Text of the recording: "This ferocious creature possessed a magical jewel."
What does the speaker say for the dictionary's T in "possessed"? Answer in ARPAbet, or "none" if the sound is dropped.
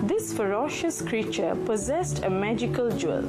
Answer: T